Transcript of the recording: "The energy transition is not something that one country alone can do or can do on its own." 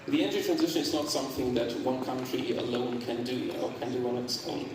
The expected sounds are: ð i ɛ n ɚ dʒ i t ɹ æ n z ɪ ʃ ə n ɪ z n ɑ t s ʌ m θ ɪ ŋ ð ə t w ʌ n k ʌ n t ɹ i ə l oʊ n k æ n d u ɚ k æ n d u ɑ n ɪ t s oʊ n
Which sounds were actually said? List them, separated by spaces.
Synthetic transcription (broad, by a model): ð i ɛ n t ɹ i t ɹ æ n z ɪ ʃ ə n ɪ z n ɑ t s ʌ m θ ɪ ŋ ð ə t w ʌ n k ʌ n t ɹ i ə l oʊ n k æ n d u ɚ k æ n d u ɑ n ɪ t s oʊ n